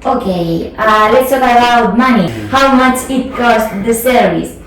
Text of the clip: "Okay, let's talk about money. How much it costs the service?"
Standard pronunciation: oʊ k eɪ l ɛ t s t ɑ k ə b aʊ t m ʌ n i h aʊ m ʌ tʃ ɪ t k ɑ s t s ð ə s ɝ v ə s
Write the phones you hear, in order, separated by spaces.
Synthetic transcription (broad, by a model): oʊ k eɪ l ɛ t s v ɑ ə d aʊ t m ʌ n i h aʊ m ʌ tʃ ɪ t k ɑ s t ð ə s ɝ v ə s